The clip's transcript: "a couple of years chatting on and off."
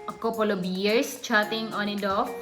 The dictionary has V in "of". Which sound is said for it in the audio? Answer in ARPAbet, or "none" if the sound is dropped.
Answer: B